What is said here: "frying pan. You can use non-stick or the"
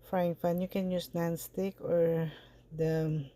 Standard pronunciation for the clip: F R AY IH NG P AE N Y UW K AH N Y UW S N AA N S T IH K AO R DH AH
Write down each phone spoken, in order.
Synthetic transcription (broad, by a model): F R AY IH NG F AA N Y UW K AH N Y UW S N AA N S T IH K AO R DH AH